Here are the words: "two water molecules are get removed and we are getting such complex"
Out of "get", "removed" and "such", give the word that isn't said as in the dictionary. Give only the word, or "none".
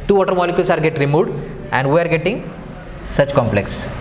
none